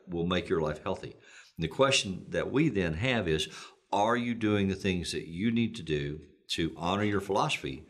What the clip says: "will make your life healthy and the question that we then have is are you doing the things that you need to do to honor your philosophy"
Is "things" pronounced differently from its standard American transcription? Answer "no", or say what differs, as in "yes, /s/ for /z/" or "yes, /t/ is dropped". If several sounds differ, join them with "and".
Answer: no